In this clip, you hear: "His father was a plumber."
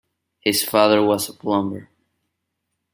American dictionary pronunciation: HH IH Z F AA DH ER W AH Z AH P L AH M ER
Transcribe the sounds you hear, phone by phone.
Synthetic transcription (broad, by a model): HH IH Z F AA DH ER W AH Z AH B L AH M ER